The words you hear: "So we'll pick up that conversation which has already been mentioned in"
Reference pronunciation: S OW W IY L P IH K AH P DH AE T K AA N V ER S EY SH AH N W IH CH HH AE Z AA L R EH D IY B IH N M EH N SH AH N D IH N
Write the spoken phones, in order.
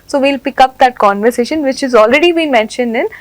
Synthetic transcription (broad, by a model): S OW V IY L P IH K AH P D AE T K AA N V ER S EY SH AH N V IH CH HH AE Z AA L R EH D IY B IH N M EH N SH AH N D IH N